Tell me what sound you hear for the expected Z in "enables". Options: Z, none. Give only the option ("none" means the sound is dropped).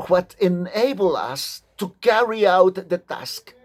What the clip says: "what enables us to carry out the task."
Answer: none